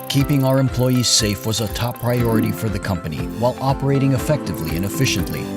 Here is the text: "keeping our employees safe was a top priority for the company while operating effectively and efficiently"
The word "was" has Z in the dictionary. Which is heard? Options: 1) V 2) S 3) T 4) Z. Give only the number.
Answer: 4